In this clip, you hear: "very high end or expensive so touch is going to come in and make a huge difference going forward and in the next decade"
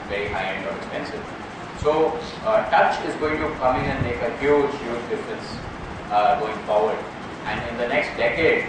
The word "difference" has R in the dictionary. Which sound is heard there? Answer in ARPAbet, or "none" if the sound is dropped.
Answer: none